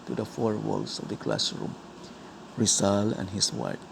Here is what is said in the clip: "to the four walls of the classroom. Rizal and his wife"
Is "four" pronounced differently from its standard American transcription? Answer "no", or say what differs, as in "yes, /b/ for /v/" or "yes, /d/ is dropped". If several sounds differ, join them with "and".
no